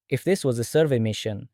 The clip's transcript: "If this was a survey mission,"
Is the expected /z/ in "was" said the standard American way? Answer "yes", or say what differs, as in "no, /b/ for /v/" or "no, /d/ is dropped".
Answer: yes